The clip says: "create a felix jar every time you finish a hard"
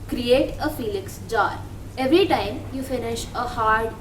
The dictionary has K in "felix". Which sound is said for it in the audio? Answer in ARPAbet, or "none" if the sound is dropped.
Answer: K